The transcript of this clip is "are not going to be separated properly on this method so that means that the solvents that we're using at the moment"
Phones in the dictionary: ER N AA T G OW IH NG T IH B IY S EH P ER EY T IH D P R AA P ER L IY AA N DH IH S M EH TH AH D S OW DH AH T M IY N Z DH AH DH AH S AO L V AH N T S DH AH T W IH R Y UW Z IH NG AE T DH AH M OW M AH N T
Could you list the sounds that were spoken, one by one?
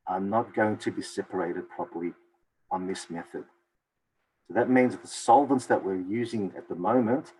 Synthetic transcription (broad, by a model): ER N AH T G OW IH NG T IH B IY S EH P ER EY T IH D P R AA P ER L IY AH N DH IH S M EH TH AH D S OW DH AH T M IY N Z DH DH AH S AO L V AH N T S DH AH T W IH R Y UW Z IH NG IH T DH AH M OW M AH N T